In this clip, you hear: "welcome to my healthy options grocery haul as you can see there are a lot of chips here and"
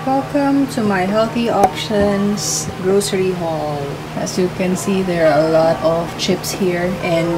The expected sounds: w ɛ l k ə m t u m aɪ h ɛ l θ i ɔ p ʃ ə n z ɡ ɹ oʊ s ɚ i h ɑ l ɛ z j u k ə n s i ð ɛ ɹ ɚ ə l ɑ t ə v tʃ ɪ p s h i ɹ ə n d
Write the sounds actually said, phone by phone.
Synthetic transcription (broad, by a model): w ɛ l k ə m t u m aɪ h ɛ l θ i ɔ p ʃ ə n s ɡ ɹ oʊ s ɚ i h ɑ l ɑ s j u k ə n s i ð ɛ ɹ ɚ ə l ɑ t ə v tʃ ɪ p s h i ɹ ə n